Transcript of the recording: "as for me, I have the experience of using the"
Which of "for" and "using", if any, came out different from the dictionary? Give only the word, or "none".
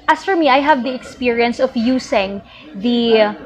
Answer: using